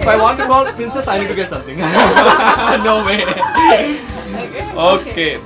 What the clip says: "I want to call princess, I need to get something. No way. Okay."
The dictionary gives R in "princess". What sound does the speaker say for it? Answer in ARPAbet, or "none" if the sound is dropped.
none